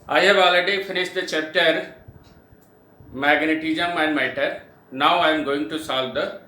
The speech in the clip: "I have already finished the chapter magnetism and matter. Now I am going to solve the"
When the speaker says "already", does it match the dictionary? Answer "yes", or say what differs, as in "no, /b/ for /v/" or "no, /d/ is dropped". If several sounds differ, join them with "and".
no, /ɹ/ is dropped